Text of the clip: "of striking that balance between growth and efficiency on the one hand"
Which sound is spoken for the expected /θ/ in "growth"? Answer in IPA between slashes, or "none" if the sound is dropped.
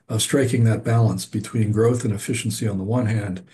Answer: /θ/